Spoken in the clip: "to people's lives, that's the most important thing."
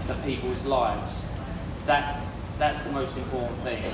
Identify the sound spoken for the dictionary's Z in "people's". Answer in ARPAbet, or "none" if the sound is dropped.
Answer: Z